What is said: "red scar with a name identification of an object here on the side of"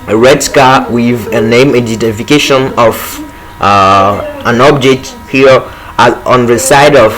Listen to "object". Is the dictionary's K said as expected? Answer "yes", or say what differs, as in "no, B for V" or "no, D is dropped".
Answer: yes